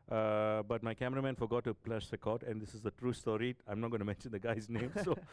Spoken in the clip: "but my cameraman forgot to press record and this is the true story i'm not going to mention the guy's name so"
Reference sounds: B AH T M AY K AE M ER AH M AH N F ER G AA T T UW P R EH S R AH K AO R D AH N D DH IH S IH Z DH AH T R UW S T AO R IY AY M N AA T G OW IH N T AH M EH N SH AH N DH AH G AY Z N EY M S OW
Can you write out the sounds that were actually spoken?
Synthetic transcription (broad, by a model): B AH T M AY K AE M ER AH M AH N F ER G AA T T UW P L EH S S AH K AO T AH N D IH S IH Z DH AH T R UW S T AO R IY AY M N AA T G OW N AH M EH N SH AH N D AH G AY Z N EY M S OW